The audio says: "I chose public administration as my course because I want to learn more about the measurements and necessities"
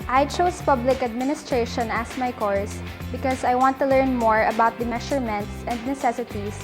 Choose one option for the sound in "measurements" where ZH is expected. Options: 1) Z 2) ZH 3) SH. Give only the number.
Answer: 3